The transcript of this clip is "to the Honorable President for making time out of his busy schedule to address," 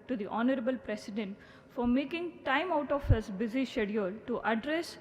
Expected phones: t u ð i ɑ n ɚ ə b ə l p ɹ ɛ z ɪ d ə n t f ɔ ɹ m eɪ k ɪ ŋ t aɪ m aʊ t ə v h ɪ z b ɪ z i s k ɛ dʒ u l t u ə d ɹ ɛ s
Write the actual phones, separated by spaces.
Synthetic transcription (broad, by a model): t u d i ɑ n ɚ ə b ə l p ɹ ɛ s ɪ d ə n t f ɔ ɹ m eɪ k ɪ ŋ t aɪ m aʊ t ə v h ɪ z b ɪ z i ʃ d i u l t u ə d ɹ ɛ s